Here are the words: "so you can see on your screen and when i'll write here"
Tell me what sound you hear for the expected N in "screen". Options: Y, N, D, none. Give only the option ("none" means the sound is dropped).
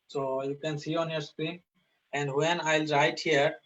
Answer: none